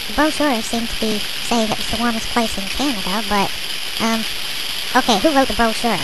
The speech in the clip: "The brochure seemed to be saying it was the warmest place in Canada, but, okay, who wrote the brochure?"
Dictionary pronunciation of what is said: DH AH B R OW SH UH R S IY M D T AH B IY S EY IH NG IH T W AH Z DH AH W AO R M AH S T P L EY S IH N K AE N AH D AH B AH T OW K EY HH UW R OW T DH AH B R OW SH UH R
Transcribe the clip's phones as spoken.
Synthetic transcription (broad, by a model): DH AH B R OW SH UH R S IY M T AH B IY S EY IH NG IH T W AH Z DH AH W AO R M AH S P L EY S IH N K AE N AH D AH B AH T OW K EY HH UW R OW T DH AH B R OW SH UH R